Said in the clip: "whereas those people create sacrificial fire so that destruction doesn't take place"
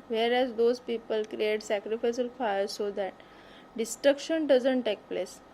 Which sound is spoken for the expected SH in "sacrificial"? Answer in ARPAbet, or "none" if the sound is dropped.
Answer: S